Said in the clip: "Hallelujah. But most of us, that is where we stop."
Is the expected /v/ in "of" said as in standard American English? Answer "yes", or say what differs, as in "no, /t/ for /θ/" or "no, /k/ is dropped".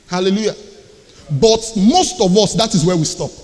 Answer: yes